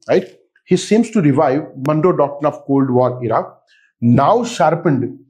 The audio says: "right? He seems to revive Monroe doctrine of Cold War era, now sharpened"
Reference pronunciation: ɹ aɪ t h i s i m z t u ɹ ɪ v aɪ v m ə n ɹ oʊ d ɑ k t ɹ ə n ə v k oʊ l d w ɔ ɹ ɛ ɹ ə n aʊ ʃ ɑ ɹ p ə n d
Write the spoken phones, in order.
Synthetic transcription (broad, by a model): ɹ aɪ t h i s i m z t u ɹ ɪ v aɪ v m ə n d oʊ d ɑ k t ə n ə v k oʊ l d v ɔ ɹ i ɹ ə n aʊ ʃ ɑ ɹ p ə n d